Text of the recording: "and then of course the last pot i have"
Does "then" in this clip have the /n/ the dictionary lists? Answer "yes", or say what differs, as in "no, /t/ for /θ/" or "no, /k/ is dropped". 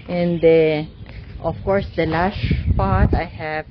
no, /n/ is dropped